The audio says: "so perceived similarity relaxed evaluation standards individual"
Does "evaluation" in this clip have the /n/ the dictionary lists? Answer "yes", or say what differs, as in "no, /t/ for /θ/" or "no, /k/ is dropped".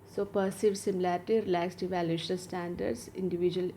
no, /l/ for /n/